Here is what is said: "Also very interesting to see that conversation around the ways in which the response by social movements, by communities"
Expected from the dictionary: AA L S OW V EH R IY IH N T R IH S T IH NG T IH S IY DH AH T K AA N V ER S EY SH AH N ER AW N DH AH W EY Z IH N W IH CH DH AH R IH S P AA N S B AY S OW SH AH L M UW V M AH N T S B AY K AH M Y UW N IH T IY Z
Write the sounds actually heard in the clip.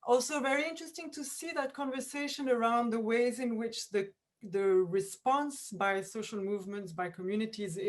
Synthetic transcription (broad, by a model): AA L S OW V EH R IY IH N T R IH S T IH NG T IH S IY DH AH T K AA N V ER S EY SH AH N ER AW N DH AH W EY Z IH N W IH CH DH AH R IH S P AA N S B AY S OW SH AH L M UW V M AH N T S B AY K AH M Y UW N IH T IY Z